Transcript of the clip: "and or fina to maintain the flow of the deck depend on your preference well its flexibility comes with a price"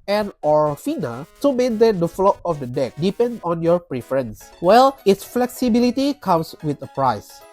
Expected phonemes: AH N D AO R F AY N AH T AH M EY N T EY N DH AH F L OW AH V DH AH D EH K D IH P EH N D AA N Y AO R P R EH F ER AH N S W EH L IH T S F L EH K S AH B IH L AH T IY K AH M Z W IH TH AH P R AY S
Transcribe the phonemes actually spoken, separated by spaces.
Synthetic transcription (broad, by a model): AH N AO R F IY N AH S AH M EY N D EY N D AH F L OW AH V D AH D EH K D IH P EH N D AA N Y AO R P R EH F ER AH N S W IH L IH T S F L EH K S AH B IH L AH T IY K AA M S W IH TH AH P R AY S